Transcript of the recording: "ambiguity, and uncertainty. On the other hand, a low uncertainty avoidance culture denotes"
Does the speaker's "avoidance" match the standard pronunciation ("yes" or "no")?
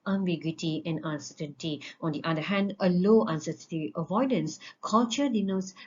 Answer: yes